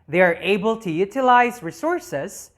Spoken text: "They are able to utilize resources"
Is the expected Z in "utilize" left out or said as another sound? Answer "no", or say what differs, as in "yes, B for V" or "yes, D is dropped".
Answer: no